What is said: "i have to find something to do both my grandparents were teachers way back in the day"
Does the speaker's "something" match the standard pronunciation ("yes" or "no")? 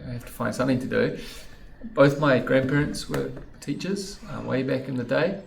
yes